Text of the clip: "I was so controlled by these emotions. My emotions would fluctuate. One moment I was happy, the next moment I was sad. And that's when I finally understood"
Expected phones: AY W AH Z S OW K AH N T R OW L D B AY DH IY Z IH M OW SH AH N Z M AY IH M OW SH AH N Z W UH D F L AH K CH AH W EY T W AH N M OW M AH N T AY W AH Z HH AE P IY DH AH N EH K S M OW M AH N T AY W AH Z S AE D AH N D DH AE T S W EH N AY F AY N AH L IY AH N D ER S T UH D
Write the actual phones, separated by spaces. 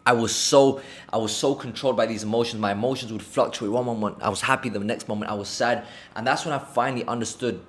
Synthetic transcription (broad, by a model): AY W AH Z S OW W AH N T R OW L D B AY DH IY Z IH M OW SH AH N Z M AY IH M OW SH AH N Z W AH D F L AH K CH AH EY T W AH N M OW M AH N T AY W AH Z HH AE P IY DH AH N EH K S M OW M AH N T AY W AH Z S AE D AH N DH AE T S W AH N AY F AY N L IY AH N D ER S T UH D